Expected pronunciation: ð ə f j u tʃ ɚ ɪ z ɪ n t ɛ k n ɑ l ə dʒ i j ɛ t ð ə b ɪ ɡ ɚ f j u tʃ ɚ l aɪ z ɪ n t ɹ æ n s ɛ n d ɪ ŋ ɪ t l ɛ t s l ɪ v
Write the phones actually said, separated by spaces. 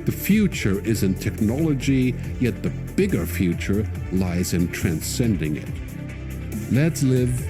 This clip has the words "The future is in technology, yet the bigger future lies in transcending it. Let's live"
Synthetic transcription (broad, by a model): ð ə f j u tʃ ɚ ɪ z ɪ n t ɛ k n ɑ l ə dʒ i j ɛ t ð ə b ɪ ɡ ɚ f j u tʃ ɚ l aɪ z ɪ n t ɹ æ n s ɛ n d ɪ ŋ ɪ t l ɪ t s l ɪ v